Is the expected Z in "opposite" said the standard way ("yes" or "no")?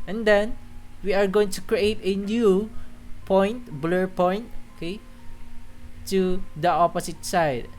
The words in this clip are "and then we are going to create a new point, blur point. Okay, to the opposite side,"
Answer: no